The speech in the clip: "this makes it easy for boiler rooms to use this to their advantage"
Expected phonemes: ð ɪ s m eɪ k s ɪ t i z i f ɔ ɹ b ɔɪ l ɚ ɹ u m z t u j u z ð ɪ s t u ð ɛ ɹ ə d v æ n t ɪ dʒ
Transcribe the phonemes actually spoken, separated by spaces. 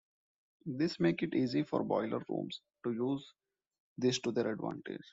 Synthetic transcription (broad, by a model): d ɪ s m eɪ k ɪ t i z i f ɔ ɹ b ɔɪ l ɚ ɹ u m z t u j u z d ɪ s t u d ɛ ɹ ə d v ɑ n t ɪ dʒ